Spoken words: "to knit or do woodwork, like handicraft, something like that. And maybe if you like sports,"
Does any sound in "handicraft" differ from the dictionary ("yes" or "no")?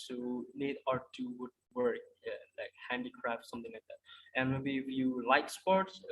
no